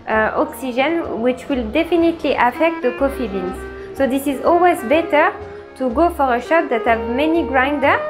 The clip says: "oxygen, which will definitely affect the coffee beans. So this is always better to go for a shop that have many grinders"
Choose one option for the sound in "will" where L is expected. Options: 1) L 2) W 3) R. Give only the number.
1